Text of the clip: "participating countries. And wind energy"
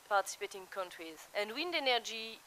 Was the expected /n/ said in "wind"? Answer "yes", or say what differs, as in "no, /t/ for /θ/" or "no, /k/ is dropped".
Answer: yes